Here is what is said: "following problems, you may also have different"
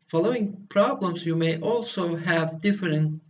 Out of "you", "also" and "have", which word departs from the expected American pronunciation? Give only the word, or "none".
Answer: none